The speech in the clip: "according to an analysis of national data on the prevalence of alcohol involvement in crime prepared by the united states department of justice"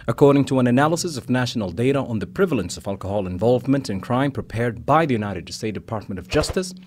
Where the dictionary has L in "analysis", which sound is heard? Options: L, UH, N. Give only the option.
L